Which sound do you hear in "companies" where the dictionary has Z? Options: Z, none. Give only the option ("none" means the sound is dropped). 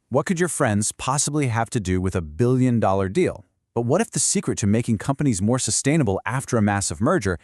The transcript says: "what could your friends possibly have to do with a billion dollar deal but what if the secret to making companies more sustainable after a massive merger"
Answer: Z